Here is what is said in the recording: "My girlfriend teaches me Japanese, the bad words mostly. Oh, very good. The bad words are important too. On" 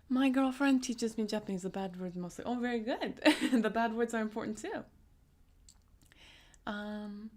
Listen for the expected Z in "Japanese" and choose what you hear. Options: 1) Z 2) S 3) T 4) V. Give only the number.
1